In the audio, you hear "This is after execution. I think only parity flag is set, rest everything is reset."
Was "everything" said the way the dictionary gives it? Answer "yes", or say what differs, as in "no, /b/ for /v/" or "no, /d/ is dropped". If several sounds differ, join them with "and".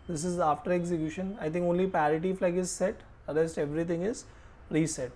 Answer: no, /t/ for /θ/